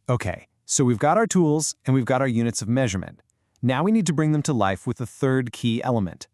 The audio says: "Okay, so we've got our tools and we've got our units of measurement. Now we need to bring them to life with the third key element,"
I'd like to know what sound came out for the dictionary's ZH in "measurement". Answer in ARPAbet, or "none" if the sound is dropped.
ZH